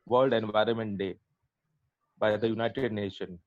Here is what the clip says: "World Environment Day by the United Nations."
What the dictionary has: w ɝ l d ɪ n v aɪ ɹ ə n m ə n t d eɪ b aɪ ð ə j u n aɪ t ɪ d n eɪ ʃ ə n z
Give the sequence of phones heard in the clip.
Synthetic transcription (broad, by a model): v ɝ l d ɪ n v aɪ ɹ ə n m ə n t d eɪ b aɪ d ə j u n aɪ t ɪ d n eɪ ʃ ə n